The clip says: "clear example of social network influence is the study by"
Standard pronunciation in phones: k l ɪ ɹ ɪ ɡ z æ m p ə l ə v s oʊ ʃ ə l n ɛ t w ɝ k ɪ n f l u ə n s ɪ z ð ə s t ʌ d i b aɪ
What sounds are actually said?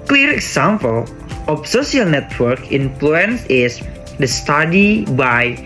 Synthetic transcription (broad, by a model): k l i ɹ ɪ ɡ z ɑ m p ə l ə f s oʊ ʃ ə l n ɛ t w ɝ k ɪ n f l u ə n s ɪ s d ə s t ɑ d i b aɪ